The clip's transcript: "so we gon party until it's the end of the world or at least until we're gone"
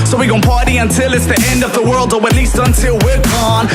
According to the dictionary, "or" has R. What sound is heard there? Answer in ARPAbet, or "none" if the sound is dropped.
W